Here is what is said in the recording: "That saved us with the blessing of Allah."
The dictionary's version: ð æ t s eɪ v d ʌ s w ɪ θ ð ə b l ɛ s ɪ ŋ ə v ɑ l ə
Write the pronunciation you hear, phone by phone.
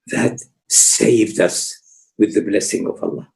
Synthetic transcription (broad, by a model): ð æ t s eɪ v d ʌ s w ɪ ð ə b l ɛ s ɪ ŋ ə v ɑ l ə